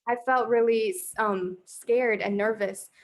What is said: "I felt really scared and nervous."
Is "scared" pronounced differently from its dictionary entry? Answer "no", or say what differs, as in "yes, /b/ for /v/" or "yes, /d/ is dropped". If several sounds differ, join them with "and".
no